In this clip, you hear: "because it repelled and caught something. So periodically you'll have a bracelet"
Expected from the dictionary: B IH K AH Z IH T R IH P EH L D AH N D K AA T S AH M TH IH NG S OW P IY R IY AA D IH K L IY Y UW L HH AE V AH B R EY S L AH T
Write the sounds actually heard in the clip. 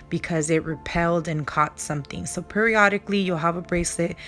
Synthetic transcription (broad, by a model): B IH K AH Z IH T R IH P EH L D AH N K AA T S AH M TH IH NG S OW P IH R IY AA D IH K L IY Y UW L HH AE V AH B R EY S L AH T